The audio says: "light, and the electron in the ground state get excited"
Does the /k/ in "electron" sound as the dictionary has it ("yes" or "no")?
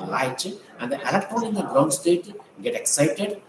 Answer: no